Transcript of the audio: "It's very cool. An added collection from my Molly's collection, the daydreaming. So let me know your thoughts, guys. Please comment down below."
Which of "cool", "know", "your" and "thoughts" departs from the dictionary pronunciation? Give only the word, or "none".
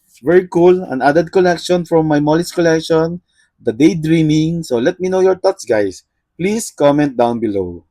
thoughts